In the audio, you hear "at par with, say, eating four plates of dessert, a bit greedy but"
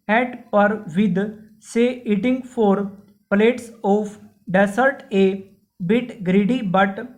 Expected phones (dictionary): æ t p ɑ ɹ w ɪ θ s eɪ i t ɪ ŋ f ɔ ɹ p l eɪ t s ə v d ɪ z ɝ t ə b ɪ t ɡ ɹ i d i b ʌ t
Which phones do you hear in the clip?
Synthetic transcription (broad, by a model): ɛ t p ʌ ɹ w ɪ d s eɪ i t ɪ ŋ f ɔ ɹ p l eɪ t s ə p d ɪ s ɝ t ə b ɪ t ɡ ɹ i d i b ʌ t